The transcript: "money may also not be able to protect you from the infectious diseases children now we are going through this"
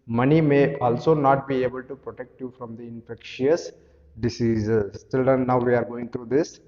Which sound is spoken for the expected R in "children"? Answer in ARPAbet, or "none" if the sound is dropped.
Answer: none